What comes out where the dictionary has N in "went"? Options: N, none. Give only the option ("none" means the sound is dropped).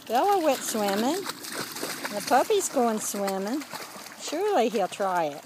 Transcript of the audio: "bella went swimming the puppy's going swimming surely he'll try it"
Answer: none